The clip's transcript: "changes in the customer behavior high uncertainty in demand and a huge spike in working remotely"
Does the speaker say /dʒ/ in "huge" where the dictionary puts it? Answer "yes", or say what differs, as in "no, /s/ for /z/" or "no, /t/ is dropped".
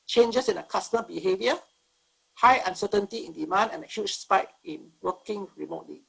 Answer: no, /tʃ/ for /dʒ/